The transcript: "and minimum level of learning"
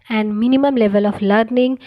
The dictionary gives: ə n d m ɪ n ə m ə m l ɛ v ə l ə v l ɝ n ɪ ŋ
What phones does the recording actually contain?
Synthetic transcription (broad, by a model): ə n d m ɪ n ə m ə m l ɛ v ə l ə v l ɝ n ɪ ŋ